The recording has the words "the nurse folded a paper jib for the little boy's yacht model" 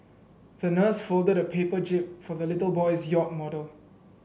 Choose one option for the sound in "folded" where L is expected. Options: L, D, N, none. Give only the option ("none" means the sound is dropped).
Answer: L